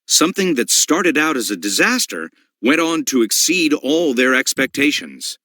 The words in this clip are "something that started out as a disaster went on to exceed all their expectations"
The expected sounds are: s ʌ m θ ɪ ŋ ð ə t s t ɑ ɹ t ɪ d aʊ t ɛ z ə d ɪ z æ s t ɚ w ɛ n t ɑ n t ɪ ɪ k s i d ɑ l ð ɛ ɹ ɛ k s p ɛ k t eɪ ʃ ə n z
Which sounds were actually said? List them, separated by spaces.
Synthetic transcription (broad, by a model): s ʌ m θ ɪ ŋ ð ə t s t ɑ ɹ t ɪ d aʊ t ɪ z ə d ɪ z æ s t ɚ w ɛ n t n t ɪ ɪ k s i d ɑ l ð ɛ ɹ ɛ k s p ɛ k t eɪ ʃ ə n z